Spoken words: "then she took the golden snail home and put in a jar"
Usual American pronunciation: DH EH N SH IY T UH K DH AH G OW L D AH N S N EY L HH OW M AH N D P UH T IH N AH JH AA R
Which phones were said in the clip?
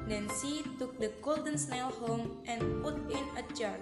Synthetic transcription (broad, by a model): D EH N S IY T UH K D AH G OW L D AH N S N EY L HH OW M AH N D P UH T IH N AH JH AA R